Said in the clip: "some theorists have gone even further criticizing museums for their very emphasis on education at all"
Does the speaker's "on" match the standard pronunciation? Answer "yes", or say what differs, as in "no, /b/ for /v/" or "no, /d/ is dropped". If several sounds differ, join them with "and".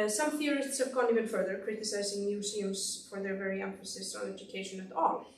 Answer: no, /l/ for /n/